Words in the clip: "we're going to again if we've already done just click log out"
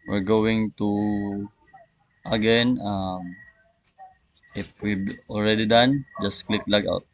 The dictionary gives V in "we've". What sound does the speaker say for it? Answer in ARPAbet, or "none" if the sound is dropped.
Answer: B